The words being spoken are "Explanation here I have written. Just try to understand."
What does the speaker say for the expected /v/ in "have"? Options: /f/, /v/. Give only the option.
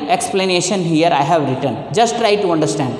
/v/